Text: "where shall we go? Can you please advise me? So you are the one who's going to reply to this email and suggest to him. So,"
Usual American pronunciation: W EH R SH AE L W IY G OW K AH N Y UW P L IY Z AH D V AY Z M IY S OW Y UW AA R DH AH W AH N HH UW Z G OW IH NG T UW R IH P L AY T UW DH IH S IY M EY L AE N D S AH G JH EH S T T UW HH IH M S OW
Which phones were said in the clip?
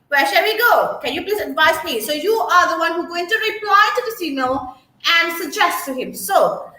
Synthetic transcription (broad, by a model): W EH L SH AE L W IY G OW K AH N Y UW P L IY Z AH D V AY Z M IY S OW Y UW AA R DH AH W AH N HH UW G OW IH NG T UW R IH P L AY T UW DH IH S IY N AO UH AE N D S AH G JH EH S T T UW HH IH M S OW